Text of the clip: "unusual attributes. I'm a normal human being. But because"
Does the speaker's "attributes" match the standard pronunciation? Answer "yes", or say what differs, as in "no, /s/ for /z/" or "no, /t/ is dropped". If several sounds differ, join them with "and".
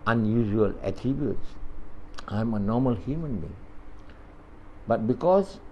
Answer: no, /ɹ/ is dropped